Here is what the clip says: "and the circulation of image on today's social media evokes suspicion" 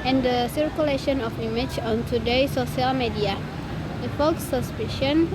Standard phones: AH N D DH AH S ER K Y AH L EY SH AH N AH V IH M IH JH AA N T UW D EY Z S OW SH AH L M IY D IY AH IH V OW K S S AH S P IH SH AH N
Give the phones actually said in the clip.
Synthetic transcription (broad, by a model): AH N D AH S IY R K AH L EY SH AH N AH F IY M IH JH AA N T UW D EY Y S OW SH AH L M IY D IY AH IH F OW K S S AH S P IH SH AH N